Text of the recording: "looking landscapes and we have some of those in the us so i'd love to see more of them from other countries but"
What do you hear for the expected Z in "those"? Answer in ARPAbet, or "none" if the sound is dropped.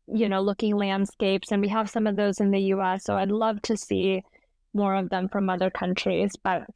Z